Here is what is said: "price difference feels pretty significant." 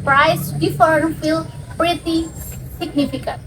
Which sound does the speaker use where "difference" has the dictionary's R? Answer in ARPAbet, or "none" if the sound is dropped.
none